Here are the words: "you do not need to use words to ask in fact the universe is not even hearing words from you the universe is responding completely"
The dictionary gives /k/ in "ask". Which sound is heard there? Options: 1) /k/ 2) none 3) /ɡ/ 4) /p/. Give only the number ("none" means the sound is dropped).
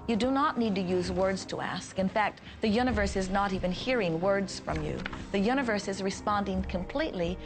1